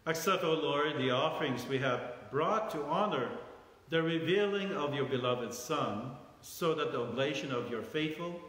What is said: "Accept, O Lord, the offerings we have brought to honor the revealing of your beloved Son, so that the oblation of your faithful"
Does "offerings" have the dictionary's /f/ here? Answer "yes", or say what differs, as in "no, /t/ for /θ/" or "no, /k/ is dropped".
yes